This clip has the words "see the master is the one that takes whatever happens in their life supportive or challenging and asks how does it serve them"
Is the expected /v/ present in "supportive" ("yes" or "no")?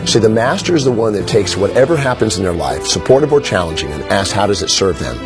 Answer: yes